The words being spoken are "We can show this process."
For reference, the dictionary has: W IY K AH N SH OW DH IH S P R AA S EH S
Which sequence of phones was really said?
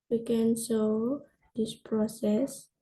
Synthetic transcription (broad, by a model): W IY K AH N S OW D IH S P R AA S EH S